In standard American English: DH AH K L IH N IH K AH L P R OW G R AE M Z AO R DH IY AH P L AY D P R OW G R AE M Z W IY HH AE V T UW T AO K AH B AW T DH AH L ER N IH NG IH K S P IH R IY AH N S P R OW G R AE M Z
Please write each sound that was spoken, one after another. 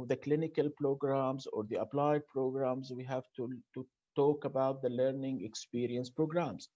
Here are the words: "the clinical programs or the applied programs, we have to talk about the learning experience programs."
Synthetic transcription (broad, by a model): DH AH K L IH N IH K AH L P R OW G R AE M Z AO R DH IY AH P L AY D P R OW G R AE M Z W IY HH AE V T UW T AO K AH B AW T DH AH L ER N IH NG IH K S P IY R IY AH N S P R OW G R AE M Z